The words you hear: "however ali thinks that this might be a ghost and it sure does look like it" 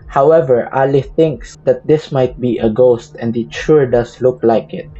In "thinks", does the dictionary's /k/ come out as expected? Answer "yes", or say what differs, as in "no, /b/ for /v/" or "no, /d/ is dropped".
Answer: yes